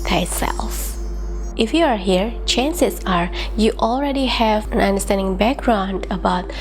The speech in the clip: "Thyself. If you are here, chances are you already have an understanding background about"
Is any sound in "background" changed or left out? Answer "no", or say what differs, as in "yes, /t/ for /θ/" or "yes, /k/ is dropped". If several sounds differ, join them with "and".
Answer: no